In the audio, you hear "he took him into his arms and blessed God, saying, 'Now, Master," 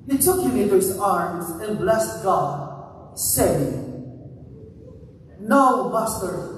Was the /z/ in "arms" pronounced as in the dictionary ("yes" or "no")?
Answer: yes